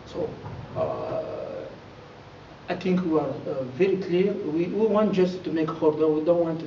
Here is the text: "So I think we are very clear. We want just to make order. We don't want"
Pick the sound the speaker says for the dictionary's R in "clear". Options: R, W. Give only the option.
W